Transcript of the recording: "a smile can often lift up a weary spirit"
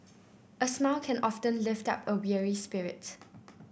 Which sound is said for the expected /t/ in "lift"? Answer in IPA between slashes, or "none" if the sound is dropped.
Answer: /t/